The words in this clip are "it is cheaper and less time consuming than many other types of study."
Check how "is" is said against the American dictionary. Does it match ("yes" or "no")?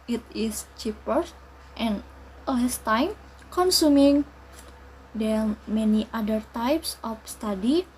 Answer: no